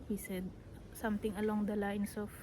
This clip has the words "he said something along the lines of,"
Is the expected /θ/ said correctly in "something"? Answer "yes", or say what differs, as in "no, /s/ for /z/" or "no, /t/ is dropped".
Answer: no, /t/ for /θ/